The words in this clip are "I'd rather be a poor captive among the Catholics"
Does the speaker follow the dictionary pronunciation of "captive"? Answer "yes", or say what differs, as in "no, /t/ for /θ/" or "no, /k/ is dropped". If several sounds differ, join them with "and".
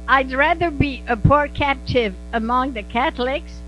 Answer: yes